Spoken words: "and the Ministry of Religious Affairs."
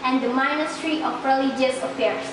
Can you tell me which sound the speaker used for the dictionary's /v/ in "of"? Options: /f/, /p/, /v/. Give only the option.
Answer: /p/